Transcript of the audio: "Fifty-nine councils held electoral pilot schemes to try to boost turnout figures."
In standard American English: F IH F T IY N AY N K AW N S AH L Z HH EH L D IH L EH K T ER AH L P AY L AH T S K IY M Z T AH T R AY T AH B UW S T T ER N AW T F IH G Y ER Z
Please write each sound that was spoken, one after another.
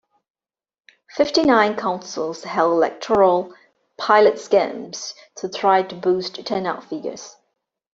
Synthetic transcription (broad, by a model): F IH F T IY N AY N K AW N S AH L Z HH EH L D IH L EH K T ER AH L P AY L AH T S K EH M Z T AH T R AY T AH B UW S T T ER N AW T F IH G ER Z